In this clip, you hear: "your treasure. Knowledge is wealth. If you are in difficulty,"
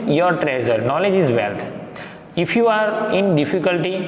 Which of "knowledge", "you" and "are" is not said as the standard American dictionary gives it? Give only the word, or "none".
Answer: none